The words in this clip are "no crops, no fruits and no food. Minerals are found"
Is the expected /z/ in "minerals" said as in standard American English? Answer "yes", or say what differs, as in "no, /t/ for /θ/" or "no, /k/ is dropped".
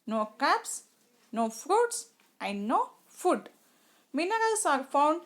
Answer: no, /s/ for /z/